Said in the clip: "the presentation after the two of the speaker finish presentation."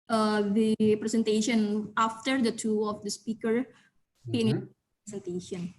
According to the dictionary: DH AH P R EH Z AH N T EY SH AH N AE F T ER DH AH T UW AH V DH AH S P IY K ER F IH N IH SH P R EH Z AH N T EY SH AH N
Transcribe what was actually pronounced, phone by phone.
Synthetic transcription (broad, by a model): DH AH P R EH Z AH N T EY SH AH N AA F T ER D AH T UW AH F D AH S P IY K ER P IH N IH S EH N T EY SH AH N